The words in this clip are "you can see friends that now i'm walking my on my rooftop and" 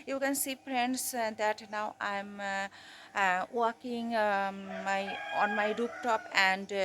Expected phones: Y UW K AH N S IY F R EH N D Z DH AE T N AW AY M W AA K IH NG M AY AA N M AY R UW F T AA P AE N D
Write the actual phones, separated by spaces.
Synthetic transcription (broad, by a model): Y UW K AH N S IY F R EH N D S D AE T N AW AY M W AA K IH NG M AY AA N M AY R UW P T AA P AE N D